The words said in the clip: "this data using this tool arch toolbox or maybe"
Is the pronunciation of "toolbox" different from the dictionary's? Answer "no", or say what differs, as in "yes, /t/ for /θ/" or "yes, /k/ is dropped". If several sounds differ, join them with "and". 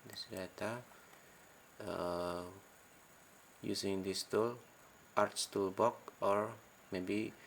yes, /s/ is dropped